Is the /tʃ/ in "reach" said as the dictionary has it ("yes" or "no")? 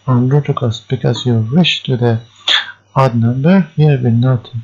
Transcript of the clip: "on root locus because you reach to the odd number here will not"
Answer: no